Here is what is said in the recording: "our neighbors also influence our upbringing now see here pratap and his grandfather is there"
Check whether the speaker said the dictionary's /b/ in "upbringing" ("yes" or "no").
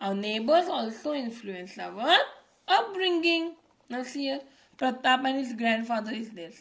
no